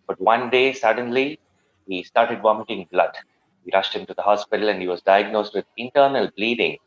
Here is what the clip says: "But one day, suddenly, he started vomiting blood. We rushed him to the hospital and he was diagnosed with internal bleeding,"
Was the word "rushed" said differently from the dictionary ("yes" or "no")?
no